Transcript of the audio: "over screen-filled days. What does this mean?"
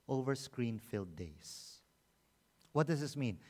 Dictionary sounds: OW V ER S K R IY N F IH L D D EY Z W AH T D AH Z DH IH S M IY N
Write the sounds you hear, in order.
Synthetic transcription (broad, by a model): OW V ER S K R IY N F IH L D D EY S W AH T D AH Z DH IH S M IY N